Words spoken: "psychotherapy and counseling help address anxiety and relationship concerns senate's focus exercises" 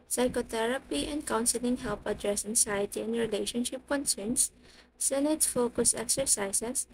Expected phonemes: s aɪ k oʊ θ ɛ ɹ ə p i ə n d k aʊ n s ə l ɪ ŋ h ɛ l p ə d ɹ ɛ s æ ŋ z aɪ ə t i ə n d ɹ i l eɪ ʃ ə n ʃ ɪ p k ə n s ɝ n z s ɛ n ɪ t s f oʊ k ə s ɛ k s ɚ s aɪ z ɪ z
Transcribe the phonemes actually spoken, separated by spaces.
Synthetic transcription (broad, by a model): s aɪ k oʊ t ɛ ɹ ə p i ə n d k aʊ n s ə l ɪ ŋ h ɛ l p ə d ɹ ɛ s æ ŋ s aɪ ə t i ə n d ɹ i l eɪ ʃ ə n ʃ ɪ p k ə n s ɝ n s ɛ n ɪ t s f oʊ k ə s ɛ k s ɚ s aɪ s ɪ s